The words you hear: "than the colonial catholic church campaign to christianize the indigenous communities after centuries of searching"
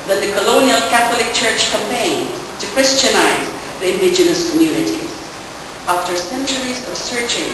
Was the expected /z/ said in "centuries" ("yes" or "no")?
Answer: yes